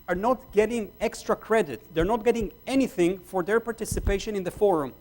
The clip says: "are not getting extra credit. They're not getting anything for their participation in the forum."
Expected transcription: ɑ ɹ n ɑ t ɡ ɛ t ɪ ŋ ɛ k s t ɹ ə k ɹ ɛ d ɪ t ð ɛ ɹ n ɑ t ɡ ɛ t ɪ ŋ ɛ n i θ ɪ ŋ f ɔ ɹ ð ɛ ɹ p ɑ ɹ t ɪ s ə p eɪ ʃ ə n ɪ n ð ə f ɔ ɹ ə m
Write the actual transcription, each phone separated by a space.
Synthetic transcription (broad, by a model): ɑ ɹ n ɑ t ɡ ɛ t ɪ ŋ ɛ k s t ɹ ə k ɹ ɛ d ɪ t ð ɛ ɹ n ɑ t ɡ ɛ t ɪ ŋ ɛ n i θ ɪ ŋ f ɔ ɹ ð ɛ ɹ p ɑ ɹ t ɪ s ə p eɪ ʃ ə n ɪ n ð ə f ɔ ɹ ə m